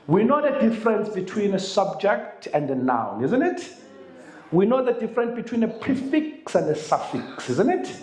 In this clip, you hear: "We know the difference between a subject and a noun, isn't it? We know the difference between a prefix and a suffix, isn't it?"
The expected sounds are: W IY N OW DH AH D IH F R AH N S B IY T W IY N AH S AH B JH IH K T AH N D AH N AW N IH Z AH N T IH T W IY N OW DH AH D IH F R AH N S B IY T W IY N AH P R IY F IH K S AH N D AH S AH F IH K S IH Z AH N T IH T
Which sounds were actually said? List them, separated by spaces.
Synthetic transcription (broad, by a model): W IY N OW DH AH D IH F R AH N S B IY T W IY N AH S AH B JH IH K T AH N D AH N AW N IH Z AH N T IH T W IY N OW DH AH D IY F R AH N S B IY T W IY N AH P R IY F IH K S AH N D AH S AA F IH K S IH Z AH N T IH T